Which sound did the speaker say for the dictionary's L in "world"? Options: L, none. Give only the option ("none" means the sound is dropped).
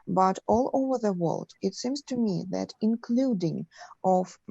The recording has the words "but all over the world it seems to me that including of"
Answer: L